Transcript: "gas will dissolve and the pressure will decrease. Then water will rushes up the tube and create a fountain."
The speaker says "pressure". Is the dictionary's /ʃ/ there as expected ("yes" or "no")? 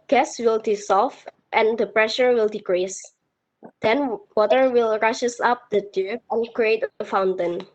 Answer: yes